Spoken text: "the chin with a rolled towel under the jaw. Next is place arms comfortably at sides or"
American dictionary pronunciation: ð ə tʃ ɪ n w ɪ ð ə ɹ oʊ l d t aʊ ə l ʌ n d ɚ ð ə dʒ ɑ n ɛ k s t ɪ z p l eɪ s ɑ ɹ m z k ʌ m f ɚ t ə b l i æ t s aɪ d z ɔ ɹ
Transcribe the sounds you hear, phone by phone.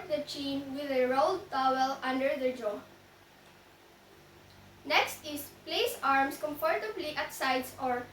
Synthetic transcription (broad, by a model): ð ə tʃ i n w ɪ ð ə ɹ oʊ l d t aʊ ə l ʌ n d ɚ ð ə dʒ ɑ n ɛ k s t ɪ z p l eɪ s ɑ ɹ m s k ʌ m f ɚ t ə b l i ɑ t s aɪ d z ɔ ɹ